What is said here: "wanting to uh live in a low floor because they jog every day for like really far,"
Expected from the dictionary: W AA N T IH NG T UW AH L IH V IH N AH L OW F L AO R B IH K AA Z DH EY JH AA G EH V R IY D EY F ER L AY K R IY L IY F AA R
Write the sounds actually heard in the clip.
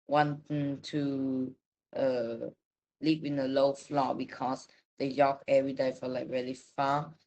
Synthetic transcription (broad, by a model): W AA N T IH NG T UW AH L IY P IH N AH L OW F L AO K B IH K AA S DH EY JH AA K EH V R IY D EY F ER L AY K R IY L IY F AA